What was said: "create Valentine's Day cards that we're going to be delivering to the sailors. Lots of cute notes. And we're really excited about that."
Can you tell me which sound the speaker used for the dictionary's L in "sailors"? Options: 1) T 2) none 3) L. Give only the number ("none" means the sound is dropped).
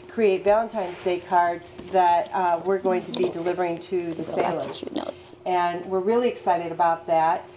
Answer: 2